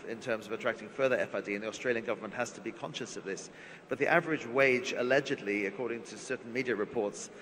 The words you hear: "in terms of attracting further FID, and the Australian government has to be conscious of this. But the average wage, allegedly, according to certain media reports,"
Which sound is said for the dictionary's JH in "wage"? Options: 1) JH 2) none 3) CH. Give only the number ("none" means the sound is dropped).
1